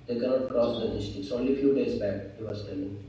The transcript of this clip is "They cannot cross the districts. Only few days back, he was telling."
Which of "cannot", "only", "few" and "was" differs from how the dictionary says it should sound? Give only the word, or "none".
was